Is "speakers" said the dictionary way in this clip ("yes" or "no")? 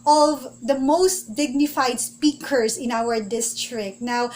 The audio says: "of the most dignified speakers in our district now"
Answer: no